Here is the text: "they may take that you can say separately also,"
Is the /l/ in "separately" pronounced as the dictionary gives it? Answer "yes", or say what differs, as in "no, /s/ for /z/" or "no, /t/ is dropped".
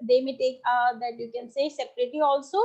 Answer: no, /l/ is dropped